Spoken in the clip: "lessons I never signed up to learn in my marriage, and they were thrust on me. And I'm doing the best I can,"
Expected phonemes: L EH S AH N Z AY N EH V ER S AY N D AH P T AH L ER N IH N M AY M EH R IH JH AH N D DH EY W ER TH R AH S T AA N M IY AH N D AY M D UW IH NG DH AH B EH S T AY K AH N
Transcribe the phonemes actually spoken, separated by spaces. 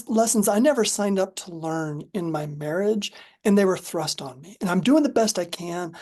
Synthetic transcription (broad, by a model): L EH S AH N Z AY N EH V ER S AY N D AH P T AH L ER N IH N M AY M EH R IH JH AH N DH EY W ER TH R AH S T N M IY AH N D AY M D UW IH NG DH AH B EH S T AY K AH N